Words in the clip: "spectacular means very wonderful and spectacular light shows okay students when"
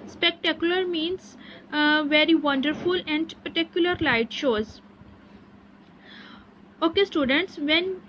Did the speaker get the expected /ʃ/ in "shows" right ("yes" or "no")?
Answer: yes